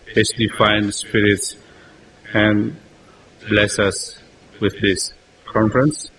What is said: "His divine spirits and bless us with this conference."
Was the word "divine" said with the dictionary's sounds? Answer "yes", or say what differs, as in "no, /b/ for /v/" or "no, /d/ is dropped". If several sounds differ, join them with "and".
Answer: no, /f/ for /v/